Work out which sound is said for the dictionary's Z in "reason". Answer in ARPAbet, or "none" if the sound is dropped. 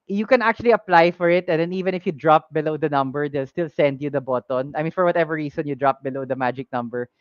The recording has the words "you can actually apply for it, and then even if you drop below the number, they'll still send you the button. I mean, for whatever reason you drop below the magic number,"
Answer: S